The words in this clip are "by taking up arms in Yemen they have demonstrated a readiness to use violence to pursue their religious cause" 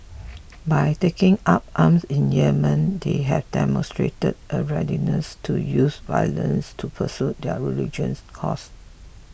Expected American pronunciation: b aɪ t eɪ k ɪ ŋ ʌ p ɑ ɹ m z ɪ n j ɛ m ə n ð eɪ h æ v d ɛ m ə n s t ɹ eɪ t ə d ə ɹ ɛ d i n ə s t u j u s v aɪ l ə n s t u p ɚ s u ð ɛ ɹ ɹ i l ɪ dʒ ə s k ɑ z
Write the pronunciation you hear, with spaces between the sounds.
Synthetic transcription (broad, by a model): b aɪ t eɪ k ɪ ŋ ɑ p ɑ m s ɪ n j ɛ m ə n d eɪ h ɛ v d ɛ m ə n s t ɹ eɪ t ə d ə ɹ ɛ d i n ə s t u j u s v aɪ l ə n s t u p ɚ s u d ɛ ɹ ɹ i l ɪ dʒ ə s k ɑ s